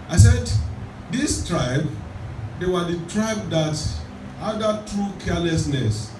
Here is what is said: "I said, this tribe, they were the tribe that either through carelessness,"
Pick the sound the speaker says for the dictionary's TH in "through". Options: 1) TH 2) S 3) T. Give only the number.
3